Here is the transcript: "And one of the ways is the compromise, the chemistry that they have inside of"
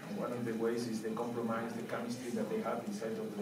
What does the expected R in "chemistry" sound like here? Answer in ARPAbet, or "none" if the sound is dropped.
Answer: none